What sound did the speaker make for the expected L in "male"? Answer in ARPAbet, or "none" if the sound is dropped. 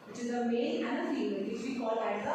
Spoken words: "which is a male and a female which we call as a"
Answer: N